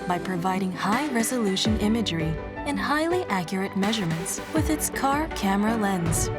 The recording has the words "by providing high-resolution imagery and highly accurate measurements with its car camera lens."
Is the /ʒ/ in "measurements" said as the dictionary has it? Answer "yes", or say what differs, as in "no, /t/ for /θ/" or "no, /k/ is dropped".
yes